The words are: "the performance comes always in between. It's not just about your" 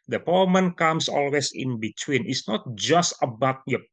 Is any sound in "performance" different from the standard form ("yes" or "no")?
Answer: yes